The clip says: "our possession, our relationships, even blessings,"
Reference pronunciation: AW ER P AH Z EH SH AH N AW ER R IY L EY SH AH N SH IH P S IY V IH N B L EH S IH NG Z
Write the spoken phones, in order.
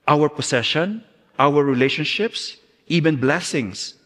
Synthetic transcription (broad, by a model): AW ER P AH S EH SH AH N AW ER R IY L EY SH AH N SH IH P S IY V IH N B L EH S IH NG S